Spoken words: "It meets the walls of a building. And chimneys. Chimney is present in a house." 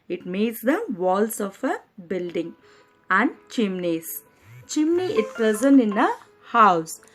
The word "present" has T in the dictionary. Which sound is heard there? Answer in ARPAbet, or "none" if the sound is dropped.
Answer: none